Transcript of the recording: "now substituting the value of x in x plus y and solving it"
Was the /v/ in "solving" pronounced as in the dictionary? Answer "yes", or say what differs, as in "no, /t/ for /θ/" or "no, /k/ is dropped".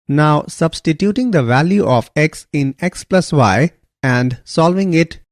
yes